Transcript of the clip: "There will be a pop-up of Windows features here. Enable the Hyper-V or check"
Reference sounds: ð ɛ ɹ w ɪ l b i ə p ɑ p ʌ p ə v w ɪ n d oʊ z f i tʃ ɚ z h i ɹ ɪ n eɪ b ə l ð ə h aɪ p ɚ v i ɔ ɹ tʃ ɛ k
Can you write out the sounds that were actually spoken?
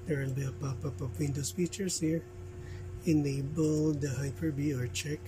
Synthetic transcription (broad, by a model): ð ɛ ɹ w ɪ l b i ə p ɑ p ʌ p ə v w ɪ n d oʊ s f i tʃ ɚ s h i ɹ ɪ n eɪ b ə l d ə h aɪ p ɚ b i ɔ ɹ tʃ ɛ k